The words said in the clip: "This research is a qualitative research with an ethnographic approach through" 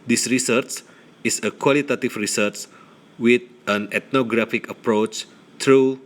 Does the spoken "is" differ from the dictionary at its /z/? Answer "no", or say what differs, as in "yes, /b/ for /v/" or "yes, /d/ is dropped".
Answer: yes, /s/ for /z/